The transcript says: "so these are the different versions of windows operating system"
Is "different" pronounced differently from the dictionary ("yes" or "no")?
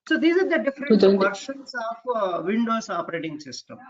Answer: yes